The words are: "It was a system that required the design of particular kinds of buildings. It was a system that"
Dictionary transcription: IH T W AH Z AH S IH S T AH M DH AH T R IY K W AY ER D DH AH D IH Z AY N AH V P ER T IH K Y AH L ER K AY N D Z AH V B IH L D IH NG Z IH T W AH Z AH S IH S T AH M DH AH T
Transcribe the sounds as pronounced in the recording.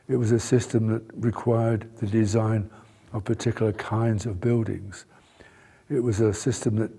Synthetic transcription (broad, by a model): IH T W AH Z AH S IH S T AH M DH AH T R IY K W AY ER D DH AH D IH Z AY N AH V P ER T IH K Y L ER K AY N D Z AH V B IH L D IH NG Z IH T W AH Z AH S IH S T AH M DH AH T